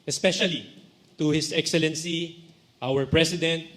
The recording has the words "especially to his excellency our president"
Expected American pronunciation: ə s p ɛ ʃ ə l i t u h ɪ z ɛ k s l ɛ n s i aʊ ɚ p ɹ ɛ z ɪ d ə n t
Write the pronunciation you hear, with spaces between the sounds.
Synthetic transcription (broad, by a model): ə s p ɛ ʃ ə l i t u h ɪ s ɛ k s l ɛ n s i aʊ ɚ p ɹ ɛ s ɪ d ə n t